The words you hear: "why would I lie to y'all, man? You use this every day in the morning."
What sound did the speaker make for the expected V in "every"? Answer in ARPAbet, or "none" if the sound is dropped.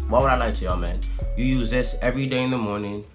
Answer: V